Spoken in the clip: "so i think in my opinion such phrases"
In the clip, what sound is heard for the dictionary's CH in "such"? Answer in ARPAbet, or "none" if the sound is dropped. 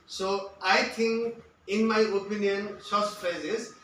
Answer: S